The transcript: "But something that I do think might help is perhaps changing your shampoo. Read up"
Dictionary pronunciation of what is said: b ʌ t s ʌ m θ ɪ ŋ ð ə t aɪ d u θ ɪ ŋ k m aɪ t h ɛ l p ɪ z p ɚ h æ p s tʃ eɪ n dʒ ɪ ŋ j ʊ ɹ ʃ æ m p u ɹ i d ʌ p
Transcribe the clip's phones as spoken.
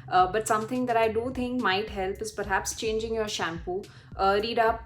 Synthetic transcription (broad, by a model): b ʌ t s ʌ m t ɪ ŋ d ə t aɪ d u t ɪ ŋ k m aɪ t h ɛ l p ɪ z p ɚ h æ p s tʃ eɪ n dʒ ɪ ŋ j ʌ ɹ ʃ æ m p u ɹ i d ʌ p